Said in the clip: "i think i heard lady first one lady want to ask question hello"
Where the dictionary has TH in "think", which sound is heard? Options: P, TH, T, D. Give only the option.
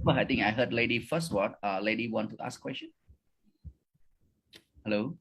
T